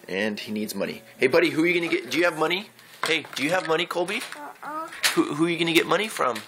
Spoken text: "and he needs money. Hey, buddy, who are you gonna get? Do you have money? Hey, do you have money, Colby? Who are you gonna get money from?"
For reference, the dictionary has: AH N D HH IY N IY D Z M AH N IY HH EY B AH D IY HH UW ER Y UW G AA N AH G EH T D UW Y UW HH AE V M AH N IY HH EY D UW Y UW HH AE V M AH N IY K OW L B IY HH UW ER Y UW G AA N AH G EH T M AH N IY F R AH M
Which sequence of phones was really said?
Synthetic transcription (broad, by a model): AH N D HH IY N IY D Z M AH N IY HH EY B AH D IY HH UW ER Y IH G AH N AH G EH T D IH Y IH V M AH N IY HH EY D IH Y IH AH V M AH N IY K OW L B IY HH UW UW Y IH G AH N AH G EH T M AH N IY F R AH M